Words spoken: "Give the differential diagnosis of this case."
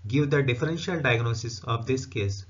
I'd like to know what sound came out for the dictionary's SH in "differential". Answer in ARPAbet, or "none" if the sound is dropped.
SH